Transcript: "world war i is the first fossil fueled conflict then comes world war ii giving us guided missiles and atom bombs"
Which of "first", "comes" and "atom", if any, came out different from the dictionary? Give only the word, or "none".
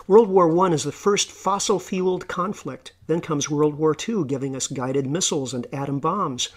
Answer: none